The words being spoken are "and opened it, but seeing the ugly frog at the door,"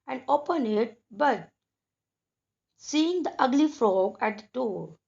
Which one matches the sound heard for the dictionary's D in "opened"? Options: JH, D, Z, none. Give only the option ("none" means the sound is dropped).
none